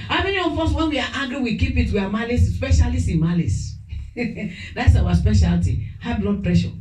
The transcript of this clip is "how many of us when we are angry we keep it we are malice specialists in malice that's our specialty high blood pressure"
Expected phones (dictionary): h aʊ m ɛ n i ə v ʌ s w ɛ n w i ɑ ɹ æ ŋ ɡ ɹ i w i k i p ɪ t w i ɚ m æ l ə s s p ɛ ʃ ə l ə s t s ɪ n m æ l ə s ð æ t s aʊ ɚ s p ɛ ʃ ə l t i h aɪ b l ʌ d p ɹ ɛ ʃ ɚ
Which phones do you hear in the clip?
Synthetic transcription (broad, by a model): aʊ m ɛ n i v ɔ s w ɛ n w i ɑ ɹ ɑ ɡ ɹ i w i k i p ɪ t w i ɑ m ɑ l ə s s p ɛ ʃ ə l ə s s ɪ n m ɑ l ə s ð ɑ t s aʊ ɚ s p ɛ ʃ ə l t i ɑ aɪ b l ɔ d p ɹ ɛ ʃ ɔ